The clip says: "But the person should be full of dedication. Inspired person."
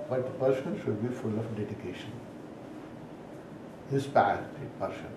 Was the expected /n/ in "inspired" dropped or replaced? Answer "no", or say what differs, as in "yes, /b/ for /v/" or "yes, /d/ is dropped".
yes, /n/ is dropped